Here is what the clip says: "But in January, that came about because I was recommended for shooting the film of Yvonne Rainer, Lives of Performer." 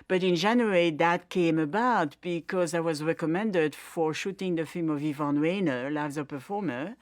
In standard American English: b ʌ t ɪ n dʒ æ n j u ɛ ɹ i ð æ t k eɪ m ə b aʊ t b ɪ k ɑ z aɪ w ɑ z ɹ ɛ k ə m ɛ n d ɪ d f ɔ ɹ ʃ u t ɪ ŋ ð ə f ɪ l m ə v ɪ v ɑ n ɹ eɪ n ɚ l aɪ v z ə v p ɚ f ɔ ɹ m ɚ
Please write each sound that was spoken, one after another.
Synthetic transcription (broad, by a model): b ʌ t ɪ n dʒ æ n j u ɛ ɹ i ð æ t k eɪ m ə b aʊ t b ɪ k ɑ z aɪ w ɑ z ɹ ɛ k ə m ɛ n d ɪ d f ɔ ɹ ʃ u t ɪ ŋ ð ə f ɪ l m ə v ɪ v ɑ n w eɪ n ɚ l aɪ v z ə p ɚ f ɔ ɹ m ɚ